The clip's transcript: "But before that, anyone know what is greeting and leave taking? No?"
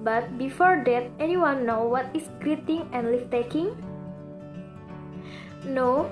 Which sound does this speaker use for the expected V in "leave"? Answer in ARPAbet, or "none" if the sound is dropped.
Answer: F